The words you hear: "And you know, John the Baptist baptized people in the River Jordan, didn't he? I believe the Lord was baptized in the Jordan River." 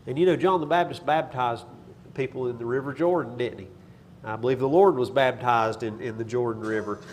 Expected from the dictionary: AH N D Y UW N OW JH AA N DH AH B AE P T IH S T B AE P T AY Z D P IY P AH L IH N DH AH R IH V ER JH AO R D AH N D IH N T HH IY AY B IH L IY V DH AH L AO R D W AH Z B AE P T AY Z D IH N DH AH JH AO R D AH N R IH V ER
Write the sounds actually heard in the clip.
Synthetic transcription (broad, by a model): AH N Y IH N OW JH AA N DH AH B AE B T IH S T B AE B T AY Z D P IY P L IH N DH AH R IH V ER JH AO R D N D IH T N IY AY B IH L IY V DH AH L AO R D W AH Z B AE B T AY Z D IH N DH AH JH AO R D N R IH V ER